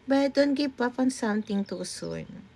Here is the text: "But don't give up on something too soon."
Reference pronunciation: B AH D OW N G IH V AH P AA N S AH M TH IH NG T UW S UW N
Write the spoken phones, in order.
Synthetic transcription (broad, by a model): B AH D OW N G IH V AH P AA N S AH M T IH NG T UW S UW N